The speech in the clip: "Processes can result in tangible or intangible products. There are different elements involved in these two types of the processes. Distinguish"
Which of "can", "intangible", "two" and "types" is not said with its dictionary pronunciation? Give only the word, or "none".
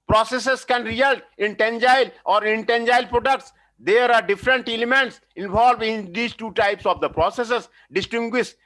intangible